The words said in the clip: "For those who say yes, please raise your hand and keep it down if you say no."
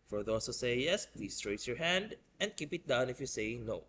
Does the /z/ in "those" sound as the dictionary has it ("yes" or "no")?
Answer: no